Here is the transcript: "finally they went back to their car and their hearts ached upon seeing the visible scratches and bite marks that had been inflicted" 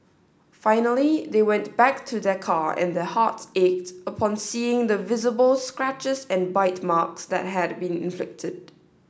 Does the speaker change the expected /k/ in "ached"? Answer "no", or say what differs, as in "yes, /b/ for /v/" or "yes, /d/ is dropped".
no